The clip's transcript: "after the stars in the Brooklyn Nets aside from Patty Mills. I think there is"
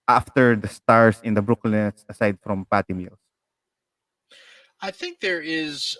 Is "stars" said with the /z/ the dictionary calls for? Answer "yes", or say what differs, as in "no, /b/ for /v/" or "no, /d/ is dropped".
no, /s/ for /z/